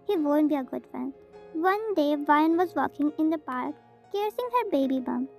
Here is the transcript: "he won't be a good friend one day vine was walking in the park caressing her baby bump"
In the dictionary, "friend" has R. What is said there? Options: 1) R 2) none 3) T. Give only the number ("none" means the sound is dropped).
2